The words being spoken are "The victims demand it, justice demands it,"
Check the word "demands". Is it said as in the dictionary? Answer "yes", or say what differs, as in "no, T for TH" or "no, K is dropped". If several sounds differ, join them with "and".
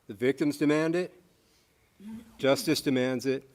yes